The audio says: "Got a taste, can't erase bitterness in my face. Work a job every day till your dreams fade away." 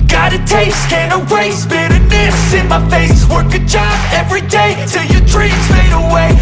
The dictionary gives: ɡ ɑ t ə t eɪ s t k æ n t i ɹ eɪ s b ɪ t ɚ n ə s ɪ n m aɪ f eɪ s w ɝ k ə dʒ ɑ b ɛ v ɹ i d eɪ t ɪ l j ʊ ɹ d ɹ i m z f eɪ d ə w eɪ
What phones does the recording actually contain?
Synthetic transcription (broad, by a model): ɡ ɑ t ə t eɪ s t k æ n i ɹ eɪ s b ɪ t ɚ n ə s ɪ n m aɪ f eɪ s w ɝ k ə dʒ ɑ b ɛ v ɹ i d eɪ t ɪ l j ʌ ɹ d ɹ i z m eɪ d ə w eɪ